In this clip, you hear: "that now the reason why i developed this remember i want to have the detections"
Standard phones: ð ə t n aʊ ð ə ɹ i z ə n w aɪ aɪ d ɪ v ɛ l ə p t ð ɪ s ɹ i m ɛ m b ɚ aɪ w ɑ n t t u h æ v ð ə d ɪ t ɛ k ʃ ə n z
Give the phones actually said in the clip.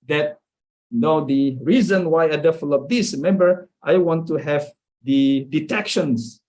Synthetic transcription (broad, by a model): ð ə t n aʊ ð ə ɹ i z ə n w aɪ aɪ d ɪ f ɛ l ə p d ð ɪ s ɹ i m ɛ m b ɚ aɪ w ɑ n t t u h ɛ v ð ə d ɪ t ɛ k ʃ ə n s